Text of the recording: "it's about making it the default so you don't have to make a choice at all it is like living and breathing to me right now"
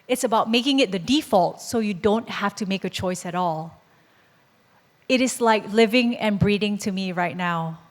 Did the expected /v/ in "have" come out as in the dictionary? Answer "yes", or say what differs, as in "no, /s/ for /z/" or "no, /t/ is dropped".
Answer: no, /f/ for /v/